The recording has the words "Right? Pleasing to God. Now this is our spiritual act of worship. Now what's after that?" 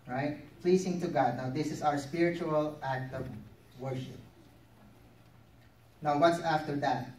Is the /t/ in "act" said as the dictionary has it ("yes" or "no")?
yes